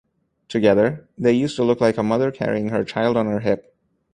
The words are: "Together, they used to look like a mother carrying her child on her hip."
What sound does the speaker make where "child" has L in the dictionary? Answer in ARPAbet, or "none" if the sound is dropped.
L